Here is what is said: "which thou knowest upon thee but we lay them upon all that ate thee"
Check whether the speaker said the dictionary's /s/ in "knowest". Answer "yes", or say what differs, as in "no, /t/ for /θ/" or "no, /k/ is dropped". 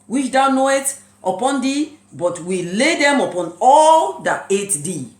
no, /s/ is dropped